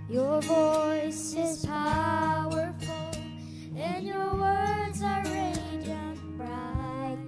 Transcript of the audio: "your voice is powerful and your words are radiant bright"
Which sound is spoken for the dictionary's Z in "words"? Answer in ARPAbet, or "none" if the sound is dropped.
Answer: Z